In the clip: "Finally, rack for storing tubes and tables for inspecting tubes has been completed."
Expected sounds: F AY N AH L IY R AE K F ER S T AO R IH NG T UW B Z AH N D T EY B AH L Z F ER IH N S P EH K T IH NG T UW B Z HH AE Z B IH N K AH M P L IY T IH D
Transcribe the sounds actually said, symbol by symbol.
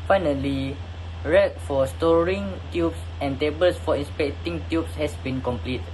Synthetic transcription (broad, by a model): F AY N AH L IY R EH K F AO S T AO R IH NG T UW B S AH N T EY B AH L S F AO IH N S P EH K T IH NG T UW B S HH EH S B IH N K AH M P L IY T